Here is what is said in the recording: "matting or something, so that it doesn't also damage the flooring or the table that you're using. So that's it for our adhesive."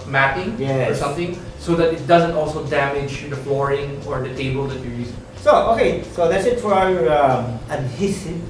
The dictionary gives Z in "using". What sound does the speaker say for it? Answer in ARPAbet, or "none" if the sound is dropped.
S